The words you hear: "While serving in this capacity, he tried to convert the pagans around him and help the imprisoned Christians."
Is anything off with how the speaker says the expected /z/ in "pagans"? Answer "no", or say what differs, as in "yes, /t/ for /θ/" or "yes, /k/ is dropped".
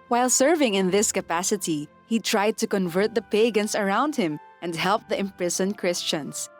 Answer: yes, /s/ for /z/